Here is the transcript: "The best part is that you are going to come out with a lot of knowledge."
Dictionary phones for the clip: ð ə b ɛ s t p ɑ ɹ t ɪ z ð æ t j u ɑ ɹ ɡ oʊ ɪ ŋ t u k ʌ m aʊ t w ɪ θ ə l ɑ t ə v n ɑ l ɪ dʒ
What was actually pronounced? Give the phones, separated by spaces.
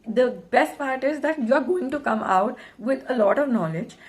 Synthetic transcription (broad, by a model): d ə b ɛ s t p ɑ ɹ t ɪ z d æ t j u ɑ ɹ ɡ oʊ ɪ ŋ t u k ʌ m aʊ t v ɪ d ə l ɑ t ə v n ɑ l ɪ dʒ